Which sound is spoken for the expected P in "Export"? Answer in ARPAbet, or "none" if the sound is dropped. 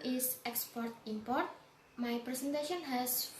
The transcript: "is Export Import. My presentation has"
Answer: P